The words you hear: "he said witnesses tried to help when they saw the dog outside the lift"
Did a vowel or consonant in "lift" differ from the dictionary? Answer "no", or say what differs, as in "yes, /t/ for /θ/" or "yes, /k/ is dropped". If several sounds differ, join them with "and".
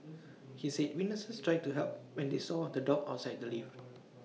yes, /t/ is dropped